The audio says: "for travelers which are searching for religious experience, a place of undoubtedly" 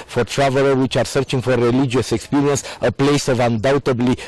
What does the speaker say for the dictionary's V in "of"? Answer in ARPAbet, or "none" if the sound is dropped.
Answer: V